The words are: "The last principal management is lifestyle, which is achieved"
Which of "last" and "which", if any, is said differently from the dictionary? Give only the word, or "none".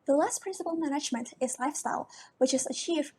none